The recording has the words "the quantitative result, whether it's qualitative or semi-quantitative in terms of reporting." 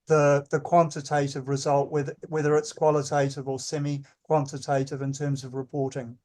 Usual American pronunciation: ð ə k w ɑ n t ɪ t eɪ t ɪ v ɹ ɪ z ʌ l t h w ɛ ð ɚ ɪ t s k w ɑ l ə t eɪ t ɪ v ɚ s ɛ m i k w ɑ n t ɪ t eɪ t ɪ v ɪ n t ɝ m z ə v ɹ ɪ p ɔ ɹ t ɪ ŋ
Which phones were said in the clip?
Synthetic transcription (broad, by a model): ð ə k w ɑ n t ɪ t eɪ t ɪ v ɹ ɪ z ʌ l t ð w ɛ ð ɚ ɪ t s k w ɑ l ə t eɪ t ɪ v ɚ s ɛ m i k w ɑ n t ɪ t eɪ t ɪ v ɪ n t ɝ m z ə v ɹ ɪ p ɔ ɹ t ɪ ŋ